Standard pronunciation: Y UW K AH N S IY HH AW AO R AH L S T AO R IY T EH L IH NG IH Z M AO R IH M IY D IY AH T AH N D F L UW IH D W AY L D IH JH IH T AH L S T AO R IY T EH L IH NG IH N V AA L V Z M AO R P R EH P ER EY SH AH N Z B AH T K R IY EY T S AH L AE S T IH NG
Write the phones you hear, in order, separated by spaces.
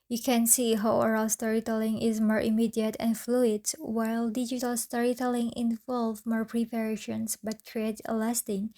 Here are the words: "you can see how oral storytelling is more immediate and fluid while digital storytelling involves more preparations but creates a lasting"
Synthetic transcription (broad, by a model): Y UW K AH N S IY HH AW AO R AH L S T AO R IY T EH L IH NG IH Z M AO R IH M IY D IY AH T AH N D F L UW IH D W AY L D IH JH IH T AH L S T AO R IY T EH L IH NG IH N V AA L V M AO R P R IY P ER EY SH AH N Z B AH T K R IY EY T AH L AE S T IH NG